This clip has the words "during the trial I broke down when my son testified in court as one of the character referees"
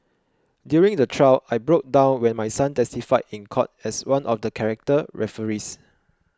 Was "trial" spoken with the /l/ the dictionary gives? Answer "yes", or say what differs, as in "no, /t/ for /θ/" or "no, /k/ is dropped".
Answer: no, /w/ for /l/